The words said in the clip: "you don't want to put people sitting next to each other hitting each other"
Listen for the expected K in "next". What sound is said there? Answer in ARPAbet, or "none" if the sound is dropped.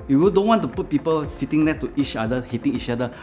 none